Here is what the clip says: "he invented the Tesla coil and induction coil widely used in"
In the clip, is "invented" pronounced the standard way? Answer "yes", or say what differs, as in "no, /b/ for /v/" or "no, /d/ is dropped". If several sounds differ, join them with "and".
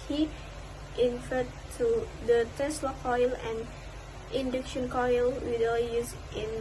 no, /f/ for /v/ and /n/ is dropped